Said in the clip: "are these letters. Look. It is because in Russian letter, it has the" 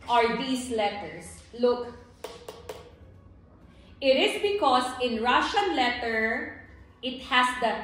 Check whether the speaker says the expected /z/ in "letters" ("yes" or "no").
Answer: no